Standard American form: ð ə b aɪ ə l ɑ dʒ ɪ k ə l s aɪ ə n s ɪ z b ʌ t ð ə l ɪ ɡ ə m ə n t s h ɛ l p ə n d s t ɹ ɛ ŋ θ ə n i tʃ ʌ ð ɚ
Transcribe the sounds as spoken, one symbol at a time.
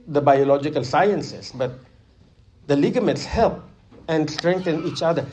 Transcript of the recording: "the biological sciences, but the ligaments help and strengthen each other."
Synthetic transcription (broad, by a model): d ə b aɪ ə l ɑ dʒ ɪ k ə l s aɪ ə n s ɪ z b ʌ t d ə l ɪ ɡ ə m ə t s h ɛ l p ə n d s t ɹ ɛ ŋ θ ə n i tʃ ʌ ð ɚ